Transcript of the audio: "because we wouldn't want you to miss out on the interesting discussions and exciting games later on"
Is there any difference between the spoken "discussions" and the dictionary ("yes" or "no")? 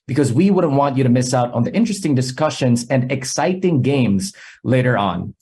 no